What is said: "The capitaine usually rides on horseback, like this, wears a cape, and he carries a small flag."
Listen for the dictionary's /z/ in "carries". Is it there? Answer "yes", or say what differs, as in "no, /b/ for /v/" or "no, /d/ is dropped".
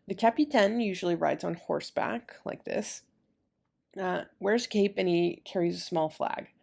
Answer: yes